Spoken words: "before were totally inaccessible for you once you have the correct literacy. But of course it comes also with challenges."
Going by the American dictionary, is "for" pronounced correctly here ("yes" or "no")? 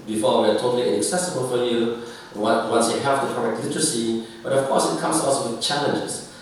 no